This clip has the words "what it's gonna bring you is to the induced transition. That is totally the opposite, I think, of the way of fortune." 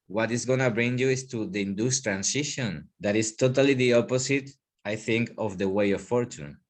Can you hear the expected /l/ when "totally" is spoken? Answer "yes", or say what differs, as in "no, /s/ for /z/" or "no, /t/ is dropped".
yes